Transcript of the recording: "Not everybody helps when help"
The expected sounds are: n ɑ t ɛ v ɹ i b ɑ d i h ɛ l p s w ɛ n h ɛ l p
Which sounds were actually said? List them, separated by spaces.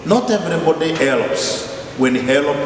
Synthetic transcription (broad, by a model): n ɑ t ɛ v ɹ i b ɑ d i h ɛ l p s w ɛ n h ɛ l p